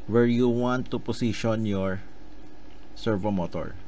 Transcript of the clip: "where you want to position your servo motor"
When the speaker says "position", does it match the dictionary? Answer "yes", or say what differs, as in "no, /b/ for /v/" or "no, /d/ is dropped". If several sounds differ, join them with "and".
no, /s/ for /z/